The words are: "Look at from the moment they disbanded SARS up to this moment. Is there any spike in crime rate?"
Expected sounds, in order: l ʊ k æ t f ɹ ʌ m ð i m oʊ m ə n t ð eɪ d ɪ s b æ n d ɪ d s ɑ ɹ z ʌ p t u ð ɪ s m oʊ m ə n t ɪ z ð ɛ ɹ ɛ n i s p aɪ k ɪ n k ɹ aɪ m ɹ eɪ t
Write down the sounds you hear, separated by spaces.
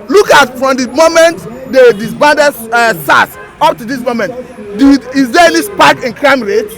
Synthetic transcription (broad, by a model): l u k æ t f ɹ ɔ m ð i m oʊ m ə n t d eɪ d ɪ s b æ n d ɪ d s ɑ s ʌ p t u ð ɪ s m oʊ m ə n t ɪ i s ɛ l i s p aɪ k ɪ n k ɹ aɪ m ɹ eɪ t